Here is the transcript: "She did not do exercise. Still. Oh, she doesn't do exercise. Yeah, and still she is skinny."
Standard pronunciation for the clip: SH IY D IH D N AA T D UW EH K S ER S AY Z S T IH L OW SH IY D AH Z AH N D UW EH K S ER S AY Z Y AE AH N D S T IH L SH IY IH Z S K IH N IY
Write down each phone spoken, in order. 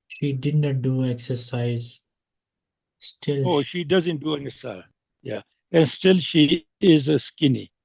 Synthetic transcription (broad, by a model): SH IY D IH D N AA T D UW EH K S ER S AY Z S T IH L OW SH IY D AH Z AH N D UW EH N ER S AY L Y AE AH N S T IH L SH IY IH Z S K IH N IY